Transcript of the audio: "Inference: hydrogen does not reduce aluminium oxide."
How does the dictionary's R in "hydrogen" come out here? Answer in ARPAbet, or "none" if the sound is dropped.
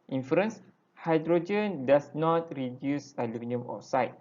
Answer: R